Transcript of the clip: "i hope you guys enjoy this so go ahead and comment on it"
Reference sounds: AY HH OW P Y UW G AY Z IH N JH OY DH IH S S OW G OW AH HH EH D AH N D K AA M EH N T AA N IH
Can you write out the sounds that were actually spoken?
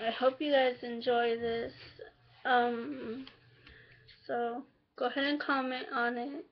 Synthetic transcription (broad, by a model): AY HH OW P Y UW G AY Z IH N JH OY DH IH S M OW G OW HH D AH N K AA M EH T AA N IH